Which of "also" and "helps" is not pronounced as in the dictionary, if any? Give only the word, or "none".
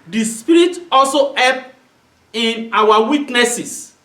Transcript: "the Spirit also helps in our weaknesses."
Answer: helps